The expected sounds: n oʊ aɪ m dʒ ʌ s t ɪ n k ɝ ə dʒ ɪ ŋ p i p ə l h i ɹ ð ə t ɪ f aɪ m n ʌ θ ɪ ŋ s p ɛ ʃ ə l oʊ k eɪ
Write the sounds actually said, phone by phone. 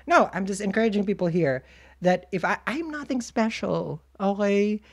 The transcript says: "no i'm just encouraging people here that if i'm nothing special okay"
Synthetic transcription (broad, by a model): n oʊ aɪ m dʒ ʌ s t ɪ n k ɝ ə dʒ ɪ ŋ p i p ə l h i ɹ ð ə t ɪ f aɪ m n ʌ θ ɪ ŋ s p ɛ ʃ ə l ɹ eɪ